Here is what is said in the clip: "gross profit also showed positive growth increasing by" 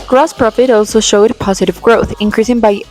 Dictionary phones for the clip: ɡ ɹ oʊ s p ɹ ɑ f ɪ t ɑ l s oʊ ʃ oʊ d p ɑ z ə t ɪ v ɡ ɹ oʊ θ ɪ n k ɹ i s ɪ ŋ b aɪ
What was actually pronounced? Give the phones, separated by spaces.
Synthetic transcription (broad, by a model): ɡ ɹ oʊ s p ɹ ɑ f ɪ t ɑ l s oʊ ʃ oʊ d p ɑ z ə t ɪ v ɡ ɹ oʊ θ ɪ n k ɹ i s ɪ ŋ b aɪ